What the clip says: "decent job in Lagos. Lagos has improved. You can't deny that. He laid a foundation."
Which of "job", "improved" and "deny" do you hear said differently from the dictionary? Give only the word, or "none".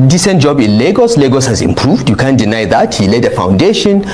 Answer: none